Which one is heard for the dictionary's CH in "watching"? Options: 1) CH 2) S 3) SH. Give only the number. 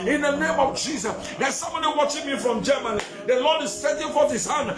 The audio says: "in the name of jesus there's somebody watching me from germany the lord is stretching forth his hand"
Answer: 1